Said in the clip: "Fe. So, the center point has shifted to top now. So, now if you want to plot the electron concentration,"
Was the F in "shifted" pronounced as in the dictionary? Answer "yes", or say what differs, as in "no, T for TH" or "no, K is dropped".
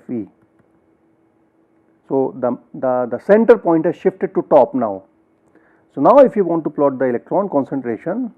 yes